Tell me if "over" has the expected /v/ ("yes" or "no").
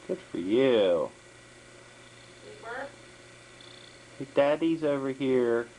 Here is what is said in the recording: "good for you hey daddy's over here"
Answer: yes